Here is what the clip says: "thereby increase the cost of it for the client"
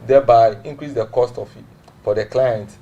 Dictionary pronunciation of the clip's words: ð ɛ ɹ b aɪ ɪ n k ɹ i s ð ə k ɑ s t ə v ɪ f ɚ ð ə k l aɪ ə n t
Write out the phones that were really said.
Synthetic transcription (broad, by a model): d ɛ b aɪ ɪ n k ɹ i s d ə k ɑ s t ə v f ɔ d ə k l aɪ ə n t